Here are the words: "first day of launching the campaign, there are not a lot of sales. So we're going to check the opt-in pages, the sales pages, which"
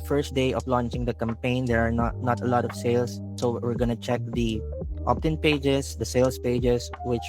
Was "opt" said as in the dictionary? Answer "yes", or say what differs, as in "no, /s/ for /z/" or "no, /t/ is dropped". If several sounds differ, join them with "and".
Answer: yes